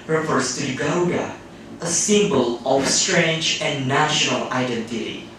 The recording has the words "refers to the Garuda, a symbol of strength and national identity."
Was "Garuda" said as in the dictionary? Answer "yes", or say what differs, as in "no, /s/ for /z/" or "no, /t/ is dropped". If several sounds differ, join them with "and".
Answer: no, /ɹ/ is dropped